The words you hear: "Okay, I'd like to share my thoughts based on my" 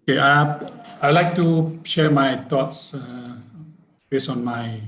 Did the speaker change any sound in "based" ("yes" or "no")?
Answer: yes